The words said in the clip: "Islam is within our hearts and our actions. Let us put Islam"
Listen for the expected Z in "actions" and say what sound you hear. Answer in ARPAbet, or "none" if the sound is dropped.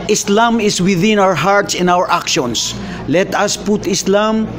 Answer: S